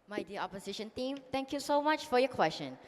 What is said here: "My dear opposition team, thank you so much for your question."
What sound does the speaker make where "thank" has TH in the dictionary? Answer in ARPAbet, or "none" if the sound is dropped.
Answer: T